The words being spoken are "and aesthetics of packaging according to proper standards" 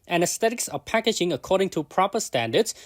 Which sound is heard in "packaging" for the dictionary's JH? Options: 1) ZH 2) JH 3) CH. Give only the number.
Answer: 2